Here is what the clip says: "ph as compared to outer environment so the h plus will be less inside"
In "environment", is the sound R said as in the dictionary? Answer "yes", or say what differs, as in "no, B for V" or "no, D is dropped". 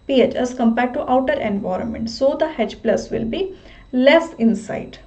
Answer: yes